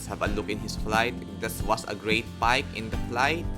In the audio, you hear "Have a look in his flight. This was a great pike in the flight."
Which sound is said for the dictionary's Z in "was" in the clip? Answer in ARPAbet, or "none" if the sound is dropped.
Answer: S